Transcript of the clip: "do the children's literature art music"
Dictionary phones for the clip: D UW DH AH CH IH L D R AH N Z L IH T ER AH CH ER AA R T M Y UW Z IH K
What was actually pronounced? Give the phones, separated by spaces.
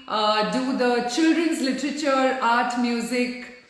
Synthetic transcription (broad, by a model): D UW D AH CH IH L D R AH N Z L IH T ER AH CH ER AA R T M Y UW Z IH K